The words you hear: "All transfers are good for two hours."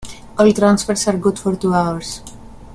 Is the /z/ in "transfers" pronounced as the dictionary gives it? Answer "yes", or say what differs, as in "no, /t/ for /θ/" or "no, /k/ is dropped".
no, /s/ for /z/